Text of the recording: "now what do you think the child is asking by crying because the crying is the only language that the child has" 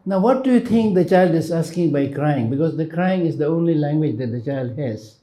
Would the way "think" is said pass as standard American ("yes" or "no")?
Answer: no